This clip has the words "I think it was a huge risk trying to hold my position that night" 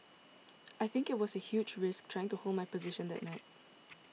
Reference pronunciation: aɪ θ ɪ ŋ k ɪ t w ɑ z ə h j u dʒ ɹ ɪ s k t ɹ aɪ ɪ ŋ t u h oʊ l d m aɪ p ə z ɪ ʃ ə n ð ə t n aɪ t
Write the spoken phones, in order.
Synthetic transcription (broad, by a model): aɪ θ ɪ ŋ k ɪ t w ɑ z ə h j u dʒ ɹ ɪ s k t ɹ aɪ ɪ ŋ t u h oʊ l d m aɪ p ə z ɪ ʃ ə n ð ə t n aɪ t